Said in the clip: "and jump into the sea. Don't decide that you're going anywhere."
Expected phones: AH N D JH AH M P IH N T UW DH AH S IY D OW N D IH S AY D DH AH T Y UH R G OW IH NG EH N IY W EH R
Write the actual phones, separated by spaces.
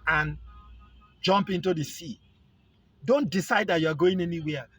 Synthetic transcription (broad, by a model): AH N JH AH M P IH N T UW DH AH S IY D OW N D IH S AY D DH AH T Y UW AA G OW IH NG EH N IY W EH